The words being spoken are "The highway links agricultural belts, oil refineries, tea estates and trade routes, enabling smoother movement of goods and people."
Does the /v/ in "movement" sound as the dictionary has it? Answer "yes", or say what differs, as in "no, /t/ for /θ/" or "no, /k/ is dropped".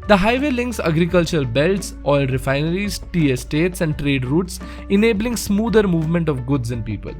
yes